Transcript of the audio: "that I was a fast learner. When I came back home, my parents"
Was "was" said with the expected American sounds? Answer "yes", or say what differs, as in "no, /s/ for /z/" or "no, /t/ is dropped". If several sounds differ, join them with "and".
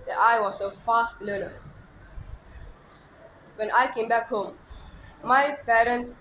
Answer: no, /s/ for /z/